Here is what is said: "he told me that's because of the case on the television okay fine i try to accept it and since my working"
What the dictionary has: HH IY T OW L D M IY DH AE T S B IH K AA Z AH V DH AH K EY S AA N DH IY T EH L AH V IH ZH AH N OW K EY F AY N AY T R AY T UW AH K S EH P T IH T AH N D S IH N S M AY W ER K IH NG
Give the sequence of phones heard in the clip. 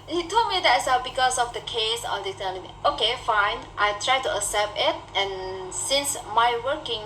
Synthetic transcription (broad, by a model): HH IY T OW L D M IY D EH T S B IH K AA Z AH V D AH K EY S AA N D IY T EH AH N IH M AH OW K EY F AY N AY T R AY T UW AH S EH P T IH T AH N S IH N S M AY W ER K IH NG